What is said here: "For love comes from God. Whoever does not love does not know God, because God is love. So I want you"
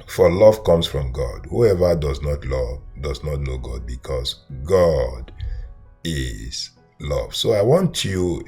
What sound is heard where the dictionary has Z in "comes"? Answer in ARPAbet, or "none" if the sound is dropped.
S